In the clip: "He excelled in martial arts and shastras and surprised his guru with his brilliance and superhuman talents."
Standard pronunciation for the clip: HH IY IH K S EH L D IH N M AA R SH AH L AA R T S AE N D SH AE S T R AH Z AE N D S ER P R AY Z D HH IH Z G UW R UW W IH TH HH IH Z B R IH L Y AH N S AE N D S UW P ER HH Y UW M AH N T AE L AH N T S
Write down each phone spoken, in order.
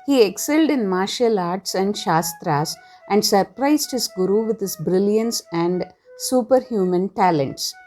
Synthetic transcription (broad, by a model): HH IY IH K S EH L D IH N M AA R SH AH L AA R T S AE N D SH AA S T R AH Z AE N D S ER P R AY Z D HH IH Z G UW R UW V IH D HH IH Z B R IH L Y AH N S AE N D S UW P ER HH Y UW M AH N T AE L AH N T S